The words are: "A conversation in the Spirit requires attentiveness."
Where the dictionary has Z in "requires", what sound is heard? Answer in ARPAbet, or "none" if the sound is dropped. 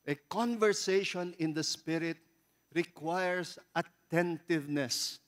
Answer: S